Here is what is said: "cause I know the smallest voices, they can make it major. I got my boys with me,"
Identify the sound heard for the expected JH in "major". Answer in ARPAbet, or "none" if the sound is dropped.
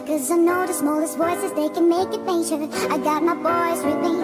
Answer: SH